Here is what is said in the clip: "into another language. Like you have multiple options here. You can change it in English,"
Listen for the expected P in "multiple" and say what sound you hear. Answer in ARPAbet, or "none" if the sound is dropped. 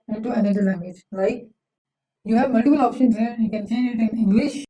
B